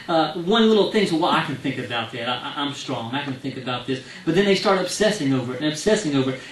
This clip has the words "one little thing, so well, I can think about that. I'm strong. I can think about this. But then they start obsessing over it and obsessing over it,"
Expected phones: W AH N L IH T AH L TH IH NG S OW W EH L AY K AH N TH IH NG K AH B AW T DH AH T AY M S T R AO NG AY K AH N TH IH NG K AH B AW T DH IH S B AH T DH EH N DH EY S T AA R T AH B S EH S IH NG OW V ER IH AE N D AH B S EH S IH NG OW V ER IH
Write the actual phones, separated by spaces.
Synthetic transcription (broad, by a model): W AH N L IH T L TH IH NG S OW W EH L AY K AH N TH IH NG K AH B AW T DH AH T AY M S T R AO NG AY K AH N TH IH NG K AH B AW T DH IH S B AH T DH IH N DH EY S T AA R T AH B S EH S IH NG OW V ER IH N AH B S EH S IH NG OW V ER